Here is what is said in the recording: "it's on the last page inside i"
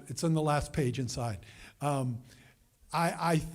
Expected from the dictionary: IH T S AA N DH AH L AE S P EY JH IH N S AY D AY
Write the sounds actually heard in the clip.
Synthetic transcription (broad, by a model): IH T S N DH AH L AE S P EY JH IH N S AY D AY